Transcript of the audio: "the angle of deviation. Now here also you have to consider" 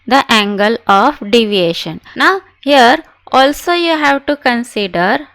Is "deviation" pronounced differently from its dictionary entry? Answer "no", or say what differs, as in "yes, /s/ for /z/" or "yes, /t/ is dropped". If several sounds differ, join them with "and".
no